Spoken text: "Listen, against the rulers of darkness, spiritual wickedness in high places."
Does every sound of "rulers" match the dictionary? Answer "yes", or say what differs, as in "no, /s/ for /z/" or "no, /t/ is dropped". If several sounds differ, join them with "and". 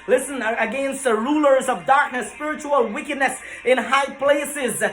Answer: yes